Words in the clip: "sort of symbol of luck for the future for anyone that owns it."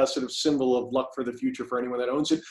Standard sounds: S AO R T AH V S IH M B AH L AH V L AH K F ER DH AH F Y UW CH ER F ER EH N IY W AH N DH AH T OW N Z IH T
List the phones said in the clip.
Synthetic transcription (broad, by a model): S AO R T AH V S IH M B L AH V L AH K F ER DH AH F Y UW CH ER F ER EH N IY W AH N DH AH T OW N Z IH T